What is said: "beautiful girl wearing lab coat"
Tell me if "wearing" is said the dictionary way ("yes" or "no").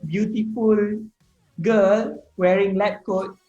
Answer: yes